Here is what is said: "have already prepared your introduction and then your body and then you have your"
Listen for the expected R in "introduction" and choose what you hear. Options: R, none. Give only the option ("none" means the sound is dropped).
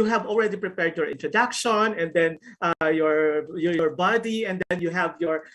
R